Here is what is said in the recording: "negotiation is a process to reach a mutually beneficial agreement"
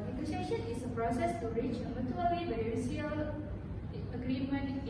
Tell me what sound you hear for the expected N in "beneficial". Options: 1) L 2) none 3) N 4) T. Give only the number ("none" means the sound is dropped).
2